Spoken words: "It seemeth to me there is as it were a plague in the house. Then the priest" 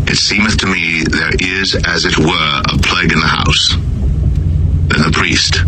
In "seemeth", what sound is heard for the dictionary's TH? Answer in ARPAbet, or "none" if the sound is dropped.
TH